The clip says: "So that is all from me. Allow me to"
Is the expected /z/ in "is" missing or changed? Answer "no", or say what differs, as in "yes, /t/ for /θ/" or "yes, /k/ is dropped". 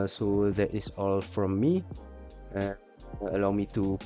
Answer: yes, /s/ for /z/